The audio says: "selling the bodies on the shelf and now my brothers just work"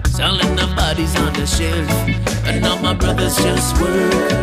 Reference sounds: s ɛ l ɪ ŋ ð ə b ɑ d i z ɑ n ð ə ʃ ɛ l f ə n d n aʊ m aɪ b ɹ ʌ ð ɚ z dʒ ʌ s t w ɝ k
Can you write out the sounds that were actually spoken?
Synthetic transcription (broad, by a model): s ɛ l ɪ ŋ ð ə b ɑ d i z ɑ n ð ə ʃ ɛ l ə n n aʊ m aɪ b ɹ ʌ ð ɚ z dʒ ʌ s t w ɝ